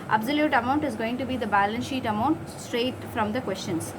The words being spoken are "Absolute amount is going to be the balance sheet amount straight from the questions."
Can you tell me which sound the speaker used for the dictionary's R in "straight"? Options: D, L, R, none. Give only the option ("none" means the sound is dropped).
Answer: R